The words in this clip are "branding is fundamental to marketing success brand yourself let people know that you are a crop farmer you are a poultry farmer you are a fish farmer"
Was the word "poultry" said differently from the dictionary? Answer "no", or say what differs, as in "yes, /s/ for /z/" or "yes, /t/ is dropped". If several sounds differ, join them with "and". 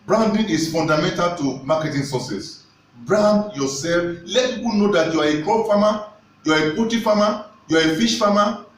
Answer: yes, /l/ is dropped and /ɹ/ is dropped